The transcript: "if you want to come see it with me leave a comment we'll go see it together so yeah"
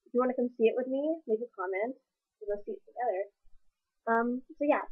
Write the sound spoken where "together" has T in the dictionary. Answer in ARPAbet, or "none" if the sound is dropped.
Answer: S